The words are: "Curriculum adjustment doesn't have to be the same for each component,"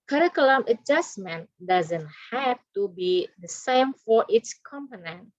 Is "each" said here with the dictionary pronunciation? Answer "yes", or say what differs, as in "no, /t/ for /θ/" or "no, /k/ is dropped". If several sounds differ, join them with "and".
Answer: no, /s/ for /tʃ/